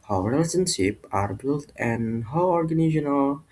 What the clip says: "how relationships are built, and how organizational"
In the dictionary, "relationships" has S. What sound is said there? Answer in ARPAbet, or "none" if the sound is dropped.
none